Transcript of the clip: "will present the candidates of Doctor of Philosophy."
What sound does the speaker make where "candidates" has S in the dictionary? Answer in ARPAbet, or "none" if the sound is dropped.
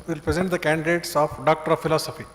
S